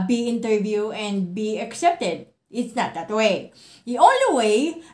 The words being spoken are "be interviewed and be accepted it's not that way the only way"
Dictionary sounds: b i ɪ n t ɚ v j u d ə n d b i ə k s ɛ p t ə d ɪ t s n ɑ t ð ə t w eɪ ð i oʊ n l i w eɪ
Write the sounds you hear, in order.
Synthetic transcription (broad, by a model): b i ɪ n t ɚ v j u ə n d b i ə k s ɛ p t ə d ɪ t s n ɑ t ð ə t w eɪ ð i oʊ n l i w eɪ